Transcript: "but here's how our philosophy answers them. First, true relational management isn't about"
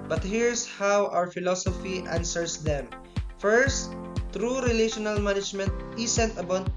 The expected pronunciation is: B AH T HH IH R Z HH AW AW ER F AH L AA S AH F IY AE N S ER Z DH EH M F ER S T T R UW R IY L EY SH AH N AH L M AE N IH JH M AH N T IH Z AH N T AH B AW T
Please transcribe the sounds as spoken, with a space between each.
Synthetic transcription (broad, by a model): B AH T HH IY R S HH AW AW ER F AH L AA S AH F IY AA N S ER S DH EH M F ER S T T R UW R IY L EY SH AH N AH L M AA N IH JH M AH N T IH S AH N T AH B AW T